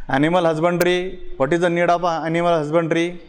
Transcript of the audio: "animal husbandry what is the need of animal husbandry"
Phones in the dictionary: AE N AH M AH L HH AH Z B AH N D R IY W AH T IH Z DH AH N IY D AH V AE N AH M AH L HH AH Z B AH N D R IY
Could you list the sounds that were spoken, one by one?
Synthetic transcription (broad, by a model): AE N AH M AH L HH AH Z B AH N D R IY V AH T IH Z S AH N IY D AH P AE N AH M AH L HH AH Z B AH N D R IY